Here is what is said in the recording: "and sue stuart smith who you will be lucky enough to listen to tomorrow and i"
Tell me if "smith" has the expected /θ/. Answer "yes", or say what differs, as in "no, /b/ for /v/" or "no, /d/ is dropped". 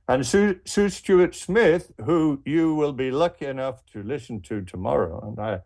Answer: yes